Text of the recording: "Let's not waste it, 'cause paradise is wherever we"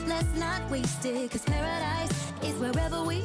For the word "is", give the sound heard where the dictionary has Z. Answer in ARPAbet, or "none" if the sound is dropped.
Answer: Z